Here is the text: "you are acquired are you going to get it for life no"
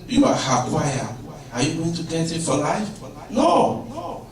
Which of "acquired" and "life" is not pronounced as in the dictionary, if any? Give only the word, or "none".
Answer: acquired